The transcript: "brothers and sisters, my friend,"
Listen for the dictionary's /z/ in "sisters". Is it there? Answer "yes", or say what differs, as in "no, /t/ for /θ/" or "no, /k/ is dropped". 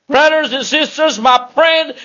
yes